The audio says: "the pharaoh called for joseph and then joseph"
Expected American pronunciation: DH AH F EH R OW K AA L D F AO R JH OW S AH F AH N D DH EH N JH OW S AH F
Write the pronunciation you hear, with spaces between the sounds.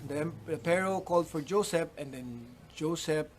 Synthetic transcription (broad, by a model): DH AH P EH R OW K AA L D F AO R JH OW S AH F AH N D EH N JH OW S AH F